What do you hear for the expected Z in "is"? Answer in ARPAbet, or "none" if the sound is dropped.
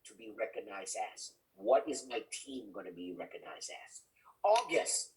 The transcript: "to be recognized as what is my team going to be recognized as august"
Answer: Z